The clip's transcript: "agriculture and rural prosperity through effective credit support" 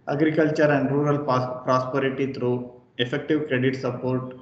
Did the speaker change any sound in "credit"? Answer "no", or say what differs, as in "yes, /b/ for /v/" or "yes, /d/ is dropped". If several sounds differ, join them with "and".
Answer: no